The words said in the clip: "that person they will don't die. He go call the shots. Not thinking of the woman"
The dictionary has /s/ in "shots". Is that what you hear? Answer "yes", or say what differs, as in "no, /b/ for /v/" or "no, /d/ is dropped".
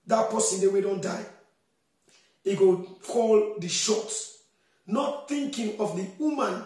no, /s/ is dropped